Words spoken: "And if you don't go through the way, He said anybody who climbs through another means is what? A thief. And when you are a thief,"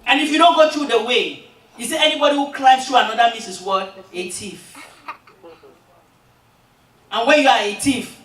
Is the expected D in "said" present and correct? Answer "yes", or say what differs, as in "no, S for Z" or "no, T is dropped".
no, D is dropped